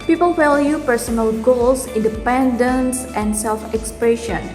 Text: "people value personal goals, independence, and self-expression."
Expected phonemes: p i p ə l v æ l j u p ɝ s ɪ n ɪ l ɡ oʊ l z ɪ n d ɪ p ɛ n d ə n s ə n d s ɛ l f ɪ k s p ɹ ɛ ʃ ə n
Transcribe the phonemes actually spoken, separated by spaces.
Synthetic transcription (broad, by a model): p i p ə l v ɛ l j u p ɝ s ɪ n ɪ l ɡ oʊ l s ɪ n d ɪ p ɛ n d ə n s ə n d s ɛ l f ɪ k s p ɹ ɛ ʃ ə n